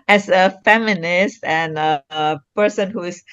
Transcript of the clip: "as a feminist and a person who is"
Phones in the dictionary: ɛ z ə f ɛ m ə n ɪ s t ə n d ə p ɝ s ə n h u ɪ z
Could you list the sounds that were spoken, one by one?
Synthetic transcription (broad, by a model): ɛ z ə f ɛ m ə n ɪ s t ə n ə p ɝ s ə n h u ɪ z